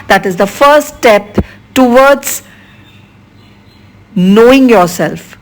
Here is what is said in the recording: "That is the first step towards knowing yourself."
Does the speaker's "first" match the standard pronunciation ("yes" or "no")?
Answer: no